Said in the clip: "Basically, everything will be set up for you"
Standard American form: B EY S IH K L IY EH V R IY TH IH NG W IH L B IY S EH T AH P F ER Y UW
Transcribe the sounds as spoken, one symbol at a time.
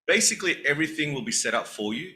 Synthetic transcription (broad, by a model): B EY S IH K L IY EH V R IY TH IH NG W IH L B IY S EH T AH P F ER Y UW